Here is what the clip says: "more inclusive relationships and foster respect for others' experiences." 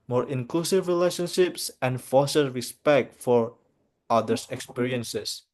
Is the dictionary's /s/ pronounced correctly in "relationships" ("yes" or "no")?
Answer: yes